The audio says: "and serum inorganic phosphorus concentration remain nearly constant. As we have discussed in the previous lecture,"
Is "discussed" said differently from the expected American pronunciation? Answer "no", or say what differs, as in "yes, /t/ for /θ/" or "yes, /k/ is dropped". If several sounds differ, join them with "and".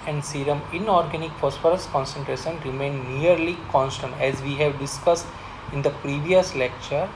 no